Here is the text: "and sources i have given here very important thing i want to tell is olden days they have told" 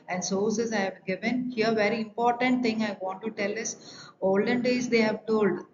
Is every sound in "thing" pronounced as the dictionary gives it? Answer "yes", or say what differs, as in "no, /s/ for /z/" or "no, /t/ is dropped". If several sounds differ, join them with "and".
no, /t/ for /θ/